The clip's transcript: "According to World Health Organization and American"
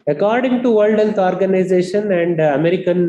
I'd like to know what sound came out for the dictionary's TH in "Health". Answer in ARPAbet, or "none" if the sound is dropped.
S